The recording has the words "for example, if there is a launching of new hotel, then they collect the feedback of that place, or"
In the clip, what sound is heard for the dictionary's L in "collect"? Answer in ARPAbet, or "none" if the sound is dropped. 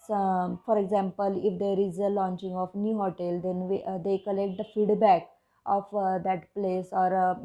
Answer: L